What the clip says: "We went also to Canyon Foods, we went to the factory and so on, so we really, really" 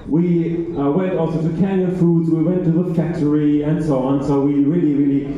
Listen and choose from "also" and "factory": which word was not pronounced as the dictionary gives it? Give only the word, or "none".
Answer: factory